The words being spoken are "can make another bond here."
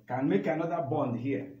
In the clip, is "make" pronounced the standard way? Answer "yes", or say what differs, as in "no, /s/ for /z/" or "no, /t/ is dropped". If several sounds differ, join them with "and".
yes